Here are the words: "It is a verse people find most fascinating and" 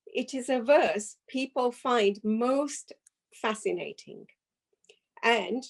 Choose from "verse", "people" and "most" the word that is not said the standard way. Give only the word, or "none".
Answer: none